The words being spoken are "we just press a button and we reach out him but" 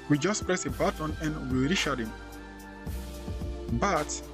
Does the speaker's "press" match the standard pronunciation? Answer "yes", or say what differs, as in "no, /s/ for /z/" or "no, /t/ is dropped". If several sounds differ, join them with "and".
yes